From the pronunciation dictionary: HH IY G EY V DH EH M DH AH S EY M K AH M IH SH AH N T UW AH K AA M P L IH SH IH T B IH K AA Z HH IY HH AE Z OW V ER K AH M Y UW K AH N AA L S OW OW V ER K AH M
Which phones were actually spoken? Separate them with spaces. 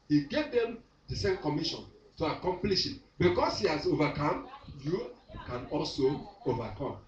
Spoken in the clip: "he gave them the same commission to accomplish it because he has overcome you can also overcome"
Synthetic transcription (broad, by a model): HH IY G EY V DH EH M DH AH S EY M K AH M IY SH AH N T UW AH K AA M P L IH SH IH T B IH K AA S HH IY HH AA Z OW V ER K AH M Y UW K AH N AA L S OW OW V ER K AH M